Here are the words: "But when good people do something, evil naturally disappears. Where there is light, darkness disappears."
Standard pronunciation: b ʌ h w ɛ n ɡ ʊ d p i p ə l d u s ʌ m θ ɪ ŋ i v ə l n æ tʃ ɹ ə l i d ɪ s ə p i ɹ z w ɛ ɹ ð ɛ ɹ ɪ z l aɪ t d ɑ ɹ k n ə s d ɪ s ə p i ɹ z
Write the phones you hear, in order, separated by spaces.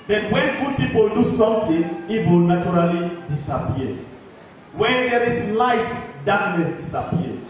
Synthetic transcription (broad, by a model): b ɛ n w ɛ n ɡ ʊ d p i p ə l d u s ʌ m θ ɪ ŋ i w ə l n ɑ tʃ ɹ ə l i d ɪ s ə p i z w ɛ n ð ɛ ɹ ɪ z l aɪ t d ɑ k n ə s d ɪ s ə p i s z